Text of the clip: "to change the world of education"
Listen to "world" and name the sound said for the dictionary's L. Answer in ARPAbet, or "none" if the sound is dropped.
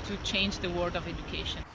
none